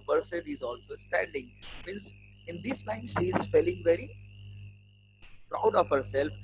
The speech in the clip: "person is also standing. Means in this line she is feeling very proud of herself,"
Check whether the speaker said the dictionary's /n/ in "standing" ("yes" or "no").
yes